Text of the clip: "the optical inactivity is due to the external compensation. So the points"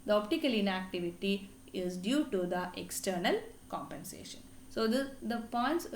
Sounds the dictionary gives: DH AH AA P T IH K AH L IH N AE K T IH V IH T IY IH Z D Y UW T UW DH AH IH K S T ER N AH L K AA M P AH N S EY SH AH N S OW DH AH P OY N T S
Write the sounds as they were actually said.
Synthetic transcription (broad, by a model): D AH AA P T IH K AH L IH N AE K T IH V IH T IY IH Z D Y UW T UW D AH IH K S T ER N AH L K AA M P AH N S EY SH AH N S OW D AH P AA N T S